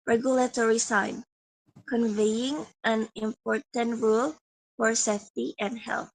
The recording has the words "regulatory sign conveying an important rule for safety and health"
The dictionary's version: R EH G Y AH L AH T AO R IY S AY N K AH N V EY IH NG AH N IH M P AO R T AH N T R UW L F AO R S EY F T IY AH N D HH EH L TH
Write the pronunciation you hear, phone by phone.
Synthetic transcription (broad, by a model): R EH G Y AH L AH T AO R IY S AY N K AH N V EY IH NG AH N IH M P AO R T AH N T R UW L F AO R S EY F T IY AH N D HH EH L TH